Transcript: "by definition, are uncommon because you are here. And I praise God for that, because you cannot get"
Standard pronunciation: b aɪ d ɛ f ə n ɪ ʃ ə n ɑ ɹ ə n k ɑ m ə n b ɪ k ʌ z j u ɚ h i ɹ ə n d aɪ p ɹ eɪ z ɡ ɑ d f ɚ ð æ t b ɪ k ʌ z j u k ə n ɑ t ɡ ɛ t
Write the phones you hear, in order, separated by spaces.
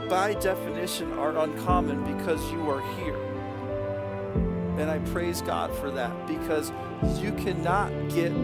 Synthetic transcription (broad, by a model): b aɪ d ɛ f ə n ɪ ʃ ə n ɑ ɹ ə n k ɑ m ə n b ɪ k ʌ z j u ɚ h i ɹ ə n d aɪ p ɹ eɪ z ɡ ɑ d f ɚ ð æ t b ɪ k ʌ z j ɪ k ə n ɑ t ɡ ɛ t